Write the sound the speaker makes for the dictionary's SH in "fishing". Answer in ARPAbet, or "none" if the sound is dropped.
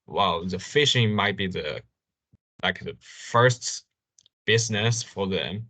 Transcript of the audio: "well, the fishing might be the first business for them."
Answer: SH